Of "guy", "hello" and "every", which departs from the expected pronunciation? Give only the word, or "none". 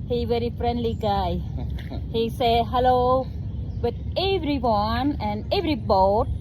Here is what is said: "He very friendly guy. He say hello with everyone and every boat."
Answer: none